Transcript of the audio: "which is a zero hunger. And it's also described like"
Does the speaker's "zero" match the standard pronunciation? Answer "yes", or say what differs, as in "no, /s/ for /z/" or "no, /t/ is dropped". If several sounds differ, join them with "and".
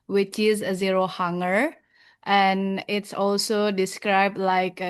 yes